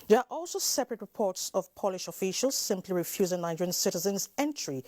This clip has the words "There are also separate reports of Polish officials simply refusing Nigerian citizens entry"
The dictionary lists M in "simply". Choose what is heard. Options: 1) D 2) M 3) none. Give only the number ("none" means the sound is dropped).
2